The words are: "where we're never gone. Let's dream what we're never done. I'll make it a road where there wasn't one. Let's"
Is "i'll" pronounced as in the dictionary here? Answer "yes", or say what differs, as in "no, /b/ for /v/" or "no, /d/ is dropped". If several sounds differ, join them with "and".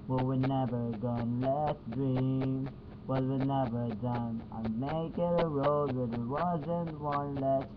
no, /n/ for /l/